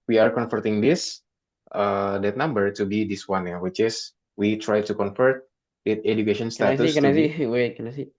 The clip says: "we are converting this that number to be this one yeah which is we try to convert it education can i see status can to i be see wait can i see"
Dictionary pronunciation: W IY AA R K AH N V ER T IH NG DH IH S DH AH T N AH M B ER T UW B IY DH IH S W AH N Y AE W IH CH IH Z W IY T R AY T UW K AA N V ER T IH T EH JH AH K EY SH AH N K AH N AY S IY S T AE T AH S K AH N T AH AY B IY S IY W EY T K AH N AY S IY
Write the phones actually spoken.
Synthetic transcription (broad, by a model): W IY AA R K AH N F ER T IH NG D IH S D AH T N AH M B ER T UW B IY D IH S W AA N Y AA W IH CH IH S W IY T R AY T UW K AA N F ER T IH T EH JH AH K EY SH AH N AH N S S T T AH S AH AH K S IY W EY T K AH N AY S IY